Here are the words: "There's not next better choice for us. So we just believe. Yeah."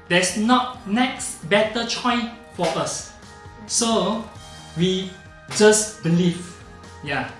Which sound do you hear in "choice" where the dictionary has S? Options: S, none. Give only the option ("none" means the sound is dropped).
none